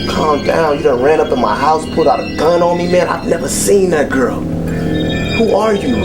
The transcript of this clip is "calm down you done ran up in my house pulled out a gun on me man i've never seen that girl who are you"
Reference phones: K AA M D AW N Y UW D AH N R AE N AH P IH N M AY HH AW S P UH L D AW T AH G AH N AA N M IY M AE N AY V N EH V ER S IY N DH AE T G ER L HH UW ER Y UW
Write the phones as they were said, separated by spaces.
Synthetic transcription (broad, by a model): K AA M D AW N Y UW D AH R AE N AH P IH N M AY HH AW S P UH D AW T AH G AH N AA N M IY M AE N AY V N EH V ER S IY N DH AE T G ER L HH UW ER Y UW